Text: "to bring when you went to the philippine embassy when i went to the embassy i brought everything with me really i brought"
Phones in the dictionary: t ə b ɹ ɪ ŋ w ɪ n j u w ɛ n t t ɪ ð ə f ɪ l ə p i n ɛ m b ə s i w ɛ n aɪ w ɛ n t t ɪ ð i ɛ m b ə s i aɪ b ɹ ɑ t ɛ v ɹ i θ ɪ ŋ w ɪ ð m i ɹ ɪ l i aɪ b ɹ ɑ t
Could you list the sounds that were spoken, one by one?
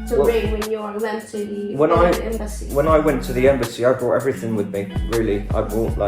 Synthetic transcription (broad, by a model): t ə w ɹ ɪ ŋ w ɪ n j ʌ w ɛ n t t ɪ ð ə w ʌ n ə ɪ ɛ m b ə s i w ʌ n aɪ w ɛ n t t ɪ ð i ɛ m b ə s i aɪ b ɹ ɑ t ɛ v ɹ i θ ɪ ŋ w ɪ ð m i ɹ ɪ l i aɪ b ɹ ɑ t